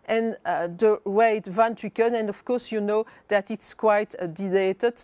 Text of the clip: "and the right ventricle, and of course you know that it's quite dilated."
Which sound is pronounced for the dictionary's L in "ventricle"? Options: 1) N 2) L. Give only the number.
1